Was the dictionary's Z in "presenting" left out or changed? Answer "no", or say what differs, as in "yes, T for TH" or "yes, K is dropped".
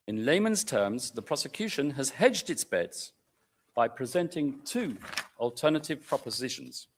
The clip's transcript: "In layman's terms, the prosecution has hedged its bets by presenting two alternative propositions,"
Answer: no